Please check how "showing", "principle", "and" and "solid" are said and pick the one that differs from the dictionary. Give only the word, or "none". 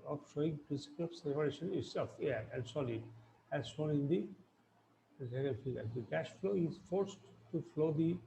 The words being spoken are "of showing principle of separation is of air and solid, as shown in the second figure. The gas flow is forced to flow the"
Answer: principle